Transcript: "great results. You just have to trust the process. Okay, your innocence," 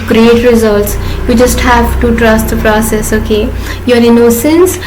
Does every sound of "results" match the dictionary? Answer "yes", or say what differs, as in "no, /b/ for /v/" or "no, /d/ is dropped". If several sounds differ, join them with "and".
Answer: yes